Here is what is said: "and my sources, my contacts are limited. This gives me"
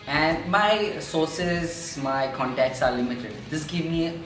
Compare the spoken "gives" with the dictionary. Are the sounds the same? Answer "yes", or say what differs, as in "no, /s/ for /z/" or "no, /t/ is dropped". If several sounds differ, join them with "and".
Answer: no, /z/ is dropped